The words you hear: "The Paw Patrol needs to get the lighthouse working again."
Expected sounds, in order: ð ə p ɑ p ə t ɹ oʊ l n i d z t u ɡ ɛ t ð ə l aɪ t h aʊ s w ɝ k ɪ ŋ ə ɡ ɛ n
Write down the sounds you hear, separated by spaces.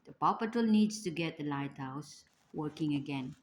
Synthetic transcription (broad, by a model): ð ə p ɑ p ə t oʊ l n i d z t u ɡ ɛ t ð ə l aɪ t h aʊ s w ɝ k ɪ ŋ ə ɡ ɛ n